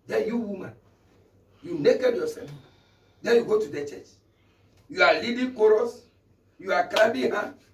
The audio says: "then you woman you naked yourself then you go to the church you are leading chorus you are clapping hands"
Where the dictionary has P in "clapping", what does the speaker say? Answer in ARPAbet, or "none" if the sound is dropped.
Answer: B